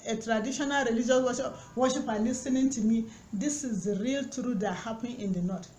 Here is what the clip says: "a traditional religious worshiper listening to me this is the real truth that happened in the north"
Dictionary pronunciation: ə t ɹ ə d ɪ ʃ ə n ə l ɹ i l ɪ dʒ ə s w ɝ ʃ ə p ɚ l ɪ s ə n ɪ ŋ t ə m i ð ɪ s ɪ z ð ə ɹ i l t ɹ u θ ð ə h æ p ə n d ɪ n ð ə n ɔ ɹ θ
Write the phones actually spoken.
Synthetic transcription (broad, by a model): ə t ɹ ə d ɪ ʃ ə n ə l ɹ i l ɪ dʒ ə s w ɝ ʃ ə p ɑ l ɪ s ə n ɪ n t ə m i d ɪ s ɪ z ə ɹ i l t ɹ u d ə h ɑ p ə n ɪ n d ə n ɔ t